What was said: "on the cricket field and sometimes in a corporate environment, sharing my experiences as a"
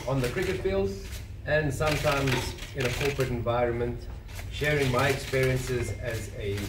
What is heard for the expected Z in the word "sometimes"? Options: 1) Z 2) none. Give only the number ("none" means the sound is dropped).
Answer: 1